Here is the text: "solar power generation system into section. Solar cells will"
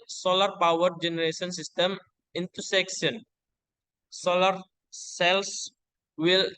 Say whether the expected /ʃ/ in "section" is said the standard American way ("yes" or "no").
no